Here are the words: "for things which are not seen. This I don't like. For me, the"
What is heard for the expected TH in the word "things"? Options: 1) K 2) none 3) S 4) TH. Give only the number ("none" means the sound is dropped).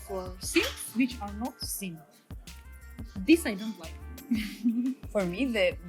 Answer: 3